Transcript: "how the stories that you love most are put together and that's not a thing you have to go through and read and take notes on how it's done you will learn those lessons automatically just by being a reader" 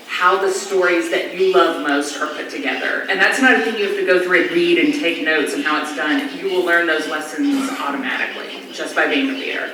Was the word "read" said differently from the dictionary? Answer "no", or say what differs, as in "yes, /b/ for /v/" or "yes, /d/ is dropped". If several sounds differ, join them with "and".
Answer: no